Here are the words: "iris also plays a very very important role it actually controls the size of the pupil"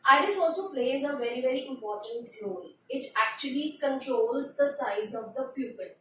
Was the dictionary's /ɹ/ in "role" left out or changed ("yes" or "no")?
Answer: yes